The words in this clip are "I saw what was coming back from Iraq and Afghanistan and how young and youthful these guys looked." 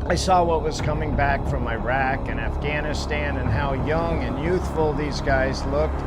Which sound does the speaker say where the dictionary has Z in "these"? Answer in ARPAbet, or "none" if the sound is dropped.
Z